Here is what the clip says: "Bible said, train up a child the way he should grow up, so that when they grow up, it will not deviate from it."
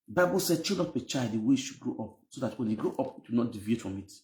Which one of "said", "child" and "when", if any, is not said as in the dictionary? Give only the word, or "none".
child